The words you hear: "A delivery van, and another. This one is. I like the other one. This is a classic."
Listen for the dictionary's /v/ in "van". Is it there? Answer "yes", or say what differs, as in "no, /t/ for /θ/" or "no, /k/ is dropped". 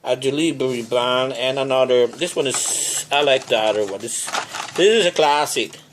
no, /b/ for /v/